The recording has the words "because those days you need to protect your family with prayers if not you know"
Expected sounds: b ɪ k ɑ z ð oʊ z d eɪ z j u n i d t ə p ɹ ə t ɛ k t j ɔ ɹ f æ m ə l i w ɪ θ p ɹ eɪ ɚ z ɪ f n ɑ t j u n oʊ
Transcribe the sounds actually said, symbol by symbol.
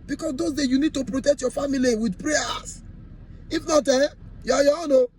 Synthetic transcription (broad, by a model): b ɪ k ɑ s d oʊ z d eɪ j u n i d t ə p ɹ ə t ɛ k t j ɔ f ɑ m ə l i w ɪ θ p ɹ eɪ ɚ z ɪ f n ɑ t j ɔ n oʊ